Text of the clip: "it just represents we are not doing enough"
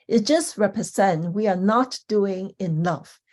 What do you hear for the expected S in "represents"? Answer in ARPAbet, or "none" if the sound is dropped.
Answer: none